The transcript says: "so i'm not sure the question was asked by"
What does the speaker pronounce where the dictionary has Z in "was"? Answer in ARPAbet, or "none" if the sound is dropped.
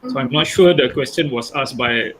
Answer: S